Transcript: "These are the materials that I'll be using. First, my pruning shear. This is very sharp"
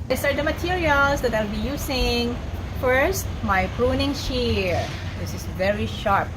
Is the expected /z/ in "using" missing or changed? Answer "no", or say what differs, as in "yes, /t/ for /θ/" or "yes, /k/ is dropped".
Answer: yes, /s/ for /z/